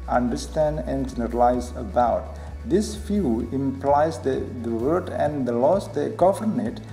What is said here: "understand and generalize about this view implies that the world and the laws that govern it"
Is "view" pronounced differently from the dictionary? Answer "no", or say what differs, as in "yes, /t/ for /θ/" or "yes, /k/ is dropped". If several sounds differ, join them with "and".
yes, /f/ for /v/